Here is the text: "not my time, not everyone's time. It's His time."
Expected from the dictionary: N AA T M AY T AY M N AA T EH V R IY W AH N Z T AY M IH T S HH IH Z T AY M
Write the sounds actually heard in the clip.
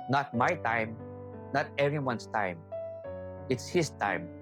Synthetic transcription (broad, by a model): N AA T M AY T AY M N AA T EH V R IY W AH N S T AY M IH T S HH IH S T AY M